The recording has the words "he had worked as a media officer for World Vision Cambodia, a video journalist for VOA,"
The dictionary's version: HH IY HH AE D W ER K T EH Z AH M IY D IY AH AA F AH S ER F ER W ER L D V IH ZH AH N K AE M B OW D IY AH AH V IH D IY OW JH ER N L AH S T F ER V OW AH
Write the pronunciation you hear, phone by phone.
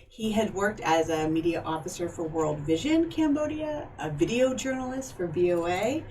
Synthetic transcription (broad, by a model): HH IY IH D W ER K T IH Z AH M IY D IY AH AA F AH S ER F ER W ER L D V IH ZH AH N K AE M B OW D IY AH AH V IH D IY OW JH ER N L AH S T F ER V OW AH